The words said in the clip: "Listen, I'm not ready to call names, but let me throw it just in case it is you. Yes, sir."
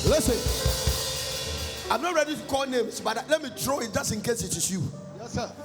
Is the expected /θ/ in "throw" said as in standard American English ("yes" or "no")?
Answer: no